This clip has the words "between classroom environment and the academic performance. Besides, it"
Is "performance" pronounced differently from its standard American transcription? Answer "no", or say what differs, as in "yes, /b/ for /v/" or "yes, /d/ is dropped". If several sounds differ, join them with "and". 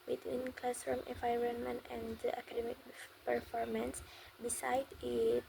no